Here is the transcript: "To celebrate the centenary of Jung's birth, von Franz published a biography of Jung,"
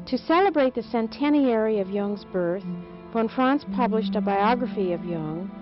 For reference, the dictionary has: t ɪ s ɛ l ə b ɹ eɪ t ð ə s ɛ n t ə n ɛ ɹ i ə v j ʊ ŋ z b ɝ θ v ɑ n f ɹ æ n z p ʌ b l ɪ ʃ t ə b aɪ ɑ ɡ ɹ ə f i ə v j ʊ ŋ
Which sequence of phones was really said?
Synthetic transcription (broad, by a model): t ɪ s ɛ l ə b ɹ eɪ t ð ə s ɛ n t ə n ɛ ɹ i ə v j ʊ ŋ z b ɝ θ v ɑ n f ɹ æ n s p ʌ b l ɪ ʃ t ə b aɪ ɑ ɡ ɹ ə f i ə v j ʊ ŋ